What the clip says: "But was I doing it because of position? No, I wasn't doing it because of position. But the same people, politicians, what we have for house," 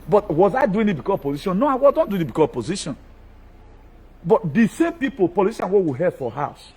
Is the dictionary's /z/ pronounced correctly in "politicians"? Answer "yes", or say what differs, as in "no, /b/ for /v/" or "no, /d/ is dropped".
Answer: no, /z/ is dropped